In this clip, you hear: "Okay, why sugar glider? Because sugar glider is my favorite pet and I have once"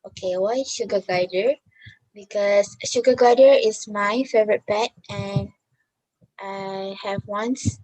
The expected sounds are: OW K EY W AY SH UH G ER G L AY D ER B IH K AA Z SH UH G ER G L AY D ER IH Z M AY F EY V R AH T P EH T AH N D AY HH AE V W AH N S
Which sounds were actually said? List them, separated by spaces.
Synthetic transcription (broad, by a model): OW K EY W AY SH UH G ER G AY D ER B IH K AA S SH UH G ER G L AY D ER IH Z M AY F EY V R AH T P EH T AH N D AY HH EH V W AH N S